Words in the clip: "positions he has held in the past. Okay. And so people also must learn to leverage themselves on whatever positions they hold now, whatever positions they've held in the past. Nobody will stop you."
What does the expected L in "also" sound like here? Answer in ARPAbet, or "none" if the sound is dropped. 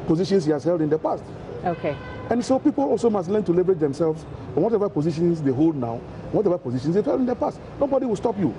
L